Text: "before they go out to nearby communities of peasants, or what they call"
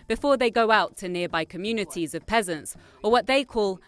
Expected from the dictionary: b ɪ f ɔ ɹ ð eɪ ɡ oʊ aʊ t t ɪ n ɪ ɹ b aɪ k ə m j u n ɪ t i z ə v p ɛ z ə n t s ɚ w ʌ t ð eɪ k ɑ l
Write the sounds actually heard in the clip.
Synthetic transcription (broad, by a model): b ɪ f ɔ ɹ ð eɪ ɡ oʊ aʊ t t ɪ n ɪ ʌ b aɪ k ə m j u n ɪ t i z ə v p ɛ z ə n t s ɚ w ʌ t ð eɪ k ɑ l